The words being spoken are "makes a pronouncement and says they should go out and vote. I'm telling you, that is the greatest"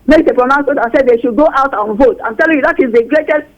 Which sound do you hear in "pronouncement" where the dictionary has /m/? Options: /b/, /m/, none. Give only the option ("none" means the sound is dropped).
none